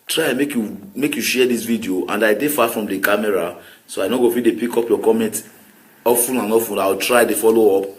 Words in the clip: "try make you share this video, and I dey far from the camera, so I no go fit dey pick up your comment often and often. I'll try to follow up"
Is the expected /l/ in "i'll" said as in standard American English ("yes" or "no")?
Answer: no